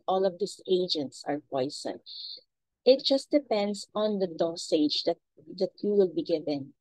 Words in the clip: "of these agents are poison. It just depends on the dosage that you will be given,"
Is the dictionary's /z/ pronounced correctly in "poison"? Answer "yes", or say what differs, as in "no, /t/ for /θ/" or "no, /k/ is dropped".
no, /s/ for /z/